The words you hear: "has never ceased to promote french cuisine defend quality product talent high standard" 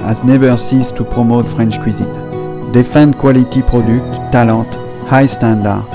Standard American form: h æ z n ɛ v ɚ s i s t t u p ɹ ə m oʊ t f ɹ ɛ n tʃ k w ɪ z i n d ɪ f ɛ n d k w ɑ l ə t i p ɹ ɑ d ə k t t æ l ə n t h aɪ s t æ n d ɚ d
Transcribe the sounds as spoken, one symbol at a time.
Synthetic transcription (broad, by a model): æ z n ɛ v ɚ s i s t t u p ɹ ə m oʊ t f ɹ ɛ n tʃ k w ɪ z i n d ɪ f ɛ n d k w ɑ l ə t i p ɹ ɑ d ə k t t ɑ l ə t h aɪ s t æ n d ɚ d